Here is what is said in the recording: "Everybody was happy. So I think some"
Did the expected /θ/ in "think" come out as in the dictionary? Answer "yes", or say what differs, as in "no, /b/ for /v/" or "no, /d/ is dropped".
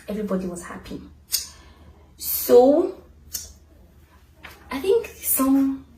yes